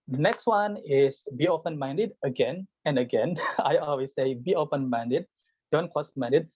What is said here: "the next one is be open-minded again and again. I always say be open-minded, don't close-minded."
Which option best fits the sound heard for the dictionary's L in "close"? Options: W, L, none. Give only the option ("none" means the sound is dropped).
none